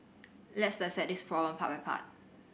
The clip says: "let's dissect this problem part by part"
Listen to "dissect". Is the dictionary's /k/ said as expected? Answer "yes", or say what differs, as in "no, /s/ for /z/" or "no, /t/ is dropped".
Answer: no, /k/ is dropped